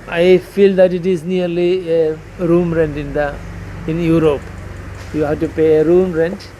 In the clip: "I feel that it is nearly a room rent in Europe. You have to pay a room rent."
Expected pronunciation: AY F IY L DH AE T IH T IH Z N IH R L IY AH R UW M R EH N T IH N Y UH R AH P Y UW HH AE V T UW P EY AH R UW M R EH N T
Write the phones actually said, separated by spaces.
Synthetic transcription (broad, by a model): AY F IY L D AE T IH T IH Z N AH R L IY AH R UW M R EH N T IH N Y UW R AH P Y UW HH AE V T UW P EY AH R UW M R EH N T